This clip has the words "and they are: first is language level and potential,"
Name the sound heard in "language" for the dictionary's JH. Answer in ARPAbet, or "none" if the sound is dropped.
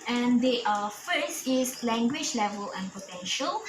JH